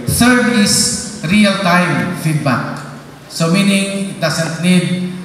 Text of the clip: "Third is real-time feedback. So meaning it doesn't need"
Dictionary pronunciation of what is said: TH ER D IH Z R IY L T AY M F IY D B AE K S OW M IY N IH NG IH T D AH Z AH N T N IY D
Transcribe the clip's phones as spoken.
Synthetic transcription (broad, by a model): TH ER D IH S R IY L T AY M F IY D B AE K S OW M IY N IH NG IH T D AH S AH N T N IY D